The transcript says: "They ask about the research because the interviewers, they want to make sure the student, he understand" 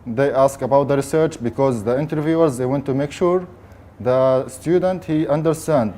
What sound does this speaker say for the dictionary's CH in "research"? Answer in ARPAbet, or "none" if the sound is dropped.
CH